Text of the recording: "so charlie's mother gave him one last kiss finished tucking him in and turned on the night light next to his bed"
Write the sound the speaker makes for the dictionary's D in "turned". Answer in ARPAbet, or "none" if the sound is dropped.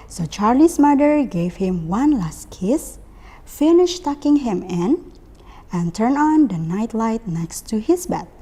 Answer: none